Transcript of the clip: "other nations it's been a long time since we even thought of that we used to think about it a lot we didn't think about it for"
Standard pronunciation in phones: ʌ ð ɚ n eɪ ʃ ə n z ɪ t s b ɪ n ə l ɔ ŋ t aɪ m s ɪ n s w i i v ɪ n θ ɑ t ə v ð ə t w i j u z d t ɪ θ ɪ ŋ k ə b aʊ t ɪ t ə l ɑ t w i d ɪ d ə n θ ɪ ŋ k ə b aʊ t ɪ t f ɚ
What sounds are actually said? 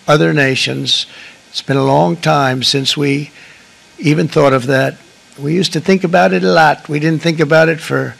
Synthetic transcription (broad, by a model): ʌ ð ɚ n eɪ ʃ ə n z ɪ t s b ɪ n ə l ɔ ŋ t aɪ m s ɪ n s w i i v ɪ n θ ɑ t ə v ð ə t w i j u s t ɪ θ ɪ ŋ k ə b aʊ t ɪ t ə l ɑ t w i d ɪ d n θ ɪ ŋ k ə b aʊ t ɪ t f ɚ